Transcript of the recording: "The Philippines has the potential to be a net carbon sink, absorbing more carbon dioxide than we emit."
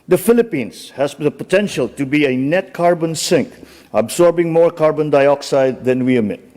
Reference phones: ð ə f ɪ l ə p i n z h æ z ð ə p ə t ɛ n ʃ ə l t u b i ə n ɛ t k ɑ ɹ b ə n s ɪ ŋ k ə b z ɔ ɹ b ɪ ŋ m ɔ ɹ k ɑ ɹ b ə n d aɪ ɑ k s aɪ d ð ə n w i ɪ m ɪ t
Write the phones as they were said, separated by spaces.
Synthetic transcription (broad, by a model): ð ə f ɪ l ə p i n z h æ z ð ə p ə t ɛ n ʃ ə l t u b i ə n ɛ t k ɑ ɹ b ə n s ɪ ŋ k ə b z ɔ ɹ b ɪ ŋ m ɔ ɹ k ɑ ɹ b ə n d aɪ ɑ k s aɪ d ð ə n w i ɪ m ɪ t